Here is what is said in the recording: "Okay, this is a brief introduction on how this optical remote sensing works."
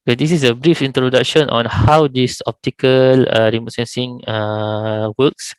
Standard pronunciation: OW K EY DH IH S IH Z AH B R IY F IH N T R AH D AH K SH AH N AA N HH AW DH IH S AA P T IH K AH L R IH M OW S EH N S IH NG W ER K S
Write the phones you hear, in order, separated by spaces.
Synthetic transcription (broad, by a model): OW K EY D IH S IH S AH B R IY F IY N T R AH D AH K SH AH N AA N HH AW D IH S AA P T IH K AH L R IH M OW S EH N S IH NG W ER K S